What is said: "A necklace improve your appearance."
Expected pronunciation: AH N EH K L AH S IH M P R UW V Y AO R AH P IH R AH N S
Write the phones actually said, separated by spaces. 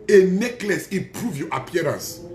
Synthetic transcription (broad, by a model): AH N EH K L AH S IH P R UW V Y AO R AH P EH R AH N S